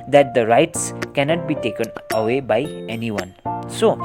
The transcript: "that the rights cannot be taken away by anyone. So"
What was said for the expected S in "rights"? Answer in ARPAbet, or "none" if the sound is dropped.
S